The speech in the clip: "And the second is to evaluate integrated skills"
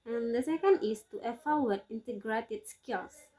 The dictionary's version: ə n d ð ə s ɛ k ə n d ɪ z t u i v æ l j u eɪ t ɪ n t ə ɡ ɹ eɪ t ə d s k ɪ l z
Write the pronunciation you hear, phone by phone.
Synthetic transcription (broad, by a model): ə n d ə s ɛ k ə n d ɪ s t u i f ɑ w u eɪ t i n t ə ɡ ɹ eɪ t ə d s k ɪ l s